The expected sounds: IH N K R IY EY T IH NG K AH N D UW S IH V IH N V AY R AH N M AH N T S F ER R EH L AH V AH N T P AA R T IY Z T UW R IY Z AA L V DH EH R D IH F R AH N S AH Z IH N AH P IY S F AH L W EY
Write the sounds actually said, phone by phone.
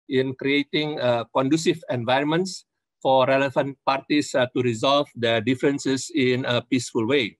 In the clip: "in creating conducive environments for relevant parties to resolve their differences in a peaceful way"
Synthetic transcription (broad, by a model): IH N K R IY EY T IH NG K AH N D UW S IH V IH N V AY R AH N M AH N T S F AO R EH L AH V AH N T P AA R T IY S T UW R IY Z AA L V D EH D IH F R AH N S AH S IH N AH P IY S F AH L W EY